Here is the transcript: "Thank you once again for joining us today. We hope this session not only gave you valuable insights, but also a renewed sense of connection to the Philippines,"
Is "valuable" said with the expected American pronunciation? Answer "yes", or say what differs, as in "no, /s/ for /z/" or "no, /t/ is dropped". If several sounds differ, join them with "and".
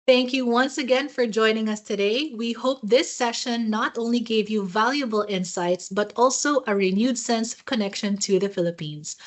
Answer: yes